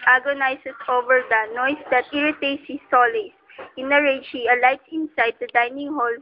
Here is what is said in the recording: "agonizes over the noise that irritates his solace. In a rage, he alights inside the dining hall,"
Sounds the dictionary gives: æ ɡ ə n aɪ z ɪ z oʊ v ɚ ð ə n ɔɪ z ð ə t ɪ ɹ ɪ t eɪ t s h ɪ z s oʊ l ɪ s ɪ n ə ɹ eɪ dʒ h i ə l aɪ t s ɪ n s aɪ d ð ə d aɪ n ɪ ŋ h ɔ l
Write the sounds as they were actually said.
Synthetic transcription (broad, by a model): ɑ ɡ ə n aɪ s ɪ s oʊ v ɚ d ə n ɔɪ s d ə t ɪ ɹ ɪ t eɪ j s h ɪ s oʊ l ɪ s ɪ n ə ɹ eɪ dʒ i ə l aɪ t s ɪ n s aɪ d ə d aɪ n ɪ ŋ h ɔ l